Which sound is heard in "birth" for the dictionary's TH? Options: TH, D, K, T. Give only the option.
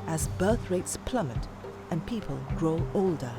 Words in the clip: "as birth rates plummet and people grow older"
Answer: TH